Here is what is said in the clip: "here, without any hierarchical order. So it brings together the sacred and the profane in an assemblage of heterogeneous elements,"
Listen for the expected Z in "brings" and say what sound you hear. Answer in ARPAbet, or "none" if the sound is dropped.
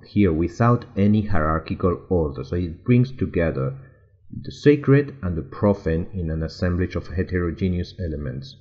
S